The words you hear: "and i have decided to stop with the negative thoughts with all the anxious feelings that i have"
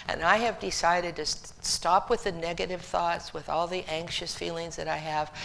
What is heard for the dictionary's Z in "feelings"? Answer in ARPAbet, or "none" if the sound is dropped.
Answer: Z